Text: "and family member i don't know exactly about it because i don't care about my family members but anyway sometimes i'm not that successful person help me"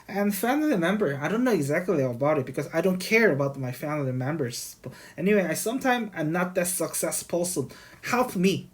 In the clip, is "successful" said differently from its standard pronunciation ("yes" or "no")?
yes